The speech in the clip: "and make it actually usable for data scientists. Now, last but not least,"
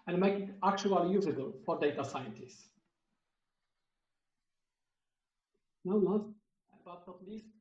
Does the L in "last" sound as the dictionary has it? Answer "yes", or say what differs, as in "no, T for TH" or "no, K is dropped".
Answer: no, N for L